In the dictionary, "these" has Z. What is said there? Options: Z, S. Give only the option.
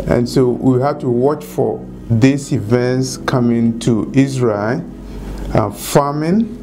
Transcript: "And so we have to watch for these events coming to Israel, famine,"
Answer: S